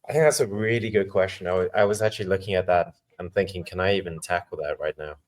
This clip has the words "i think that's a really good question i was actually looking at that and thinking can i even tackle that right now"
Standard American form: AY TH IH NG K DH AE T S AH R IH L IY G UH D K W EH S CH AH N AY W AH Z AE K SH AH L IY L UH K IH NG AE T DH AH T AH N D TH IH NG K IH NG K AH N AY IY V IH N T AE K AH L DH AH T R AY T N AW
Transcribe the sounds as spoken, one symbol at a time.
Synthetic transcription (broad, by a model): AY TH IH NG K DH AE T S AH R IH L IY G UH D K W EH S CH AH N AY W AH Z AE K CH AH L IY L UH K IH NG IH T DH AH T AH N TH IH NG K IH NG K AH N AY IY V IH N T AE K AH L DH AH T R AY T N AW